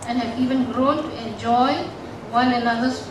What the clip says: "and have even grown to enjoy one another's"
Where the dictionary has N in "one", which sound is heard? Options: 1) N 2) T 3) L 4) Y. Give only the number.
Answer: 3